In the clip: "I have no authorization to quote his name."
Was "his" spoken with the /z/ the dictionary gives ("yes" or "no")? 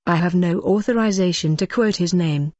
yes